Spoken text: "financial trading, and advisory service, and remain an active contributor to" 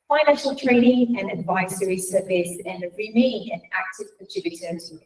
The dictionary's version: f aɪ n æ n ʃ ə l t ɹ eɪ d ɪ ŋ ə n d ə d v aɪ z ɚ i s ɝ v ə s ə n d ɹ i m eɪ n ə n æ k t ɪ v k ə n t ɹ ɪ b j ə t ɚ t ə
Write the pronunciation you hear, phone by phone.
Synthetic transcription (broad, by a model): f aɪ n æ n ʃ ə l t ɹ eɪ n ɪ ŋ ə n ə d v aɪ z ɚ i s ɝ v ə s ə n ɹ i m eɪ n ə n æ k t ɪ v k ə t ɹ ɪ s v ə s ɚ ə